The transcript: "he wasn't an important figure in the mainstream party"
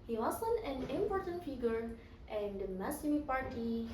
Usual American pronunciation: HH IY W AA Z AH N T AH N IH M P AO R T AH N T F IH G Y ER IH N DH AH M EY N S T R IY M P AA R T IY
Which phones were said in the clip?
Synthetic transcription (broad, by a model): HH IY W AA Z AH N AH N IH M P AO R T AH N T F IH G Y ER IH N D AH M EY S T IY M P AA R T IY